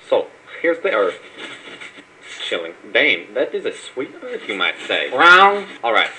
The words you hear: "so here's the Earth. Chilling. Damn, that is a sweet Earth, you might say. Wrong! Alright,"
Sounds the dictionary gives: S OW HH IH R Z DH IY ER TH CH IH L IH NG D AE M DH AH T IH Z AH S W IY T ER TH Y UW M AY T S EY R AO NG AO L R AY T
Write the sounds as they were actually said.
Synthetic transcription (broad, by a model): S OW HH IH R Z DH IY ER TH CH IH L IH NG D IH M DH AH T IH Z AH S W IY T ER TH Y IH M AY T S EY R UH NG AO L R AY T